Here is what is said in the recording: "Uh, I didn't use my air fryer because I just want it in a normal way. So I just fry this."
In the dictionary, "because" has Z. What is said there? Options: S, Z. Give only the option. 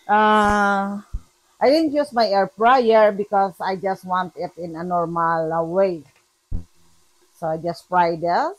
S